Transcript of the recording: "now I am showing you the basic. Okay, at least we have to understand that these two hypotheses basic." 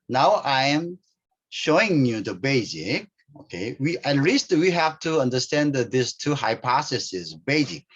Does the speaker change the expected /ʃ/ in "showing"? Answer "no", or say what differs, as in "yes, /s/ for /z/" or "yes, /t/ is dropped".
no